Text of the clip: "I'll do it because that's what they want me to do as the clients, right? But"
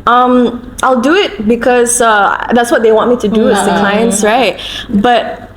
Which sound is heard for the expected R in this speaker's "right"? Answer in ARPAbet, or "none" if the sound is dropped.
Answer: R